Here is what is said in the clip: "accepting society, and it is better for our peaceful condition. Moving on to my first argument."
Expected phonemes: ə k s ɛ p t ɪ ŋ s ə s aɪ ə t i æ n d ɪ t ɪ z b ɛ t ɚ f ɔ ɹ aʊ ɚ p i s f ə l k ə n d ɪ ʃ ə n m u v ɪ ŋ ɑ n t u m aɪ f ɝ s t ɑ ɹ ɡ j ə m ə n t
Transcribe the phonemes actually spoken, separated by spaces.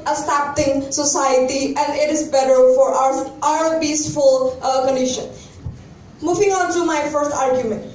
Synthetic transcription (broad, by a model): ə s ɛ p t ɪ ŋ s ə s aɪ ə t i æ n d ɪ t ɪ z b ɛ t ɚ f ɔ ɹ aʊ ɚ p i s f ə l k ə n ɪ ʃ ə n m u f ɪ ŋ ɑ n t u m aɪ f ɝ s t ɑ ɹ ɡ j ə m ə n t